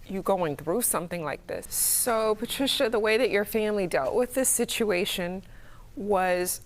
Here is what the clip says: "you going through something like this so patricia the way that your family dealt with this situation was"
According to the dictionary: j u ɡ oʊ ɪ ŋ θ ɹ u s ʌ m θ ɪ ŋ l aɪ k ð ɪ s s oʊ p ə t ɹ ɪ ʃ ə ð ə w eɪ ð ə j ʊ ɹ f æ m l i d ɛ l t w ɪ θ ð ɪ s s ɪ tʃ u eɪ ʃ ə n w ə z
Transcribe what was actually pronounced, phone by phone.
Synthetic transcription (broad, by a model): j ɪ ɡ oʊ ɪ ŋ θ ɹ u s ʌ m θ ɪ ŋ l aɪ k ð ɪ s s oʊ p ə t ɹ ɪ ʃ ə ð ə w eɪ ð ə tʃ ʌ ɹ f æ m l i d ɛ l t w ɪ ð ɪ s s ɪ tʃ u eɪ ʃ ə n w ə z